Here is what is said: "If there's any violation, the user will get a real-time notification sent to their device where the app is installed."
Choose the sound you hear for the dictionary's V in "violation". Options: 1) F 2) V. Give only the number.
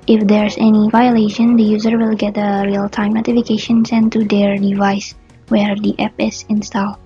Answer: 2